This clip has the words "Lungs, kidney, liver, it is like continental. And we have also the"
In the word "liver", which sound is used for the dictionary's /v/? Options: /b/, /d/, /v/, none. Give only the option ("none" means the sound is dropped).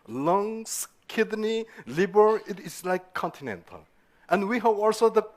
/b/